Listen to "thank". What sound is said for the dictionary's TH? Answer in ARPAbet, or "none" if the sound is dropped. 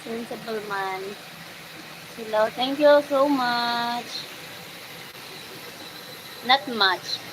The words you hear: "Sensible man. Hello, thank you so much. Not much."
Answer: T